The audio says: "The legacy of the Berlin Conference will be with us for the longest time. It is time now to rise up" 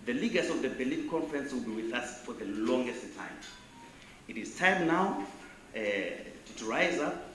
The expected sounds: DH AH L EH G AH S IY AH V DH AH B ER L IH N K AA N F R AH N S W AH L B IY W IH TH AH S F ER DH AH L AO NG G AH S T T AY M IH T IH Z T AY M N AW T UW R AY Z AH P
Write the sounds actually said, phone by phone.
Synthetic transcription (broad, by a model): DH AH L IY G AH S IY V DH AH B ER L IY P K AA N F R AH N S W AH L B IY W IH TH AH S F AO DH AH L AO NG G AH S T T AY M IH T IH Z T AY M N AW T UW R AY Z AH